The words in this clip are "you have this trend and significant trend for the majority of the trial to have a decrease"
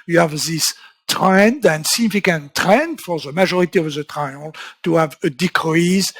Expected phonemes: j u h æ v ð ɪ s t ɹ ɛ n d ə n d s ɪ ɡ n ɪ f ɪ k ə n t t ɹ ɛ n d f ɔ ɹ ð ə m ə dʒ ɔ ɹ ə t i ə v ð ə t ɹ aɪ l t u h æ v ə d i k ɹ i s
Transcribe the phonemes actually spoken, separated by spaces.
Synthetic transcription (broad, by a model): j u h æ v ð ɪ s t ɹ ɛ n d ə n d s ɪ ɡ n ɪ f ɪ k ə n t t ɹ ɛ n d f ɔ ɹ ð ə m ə ʒ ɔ ɹ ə t i ə v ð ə t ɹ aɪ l t u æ v ə d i k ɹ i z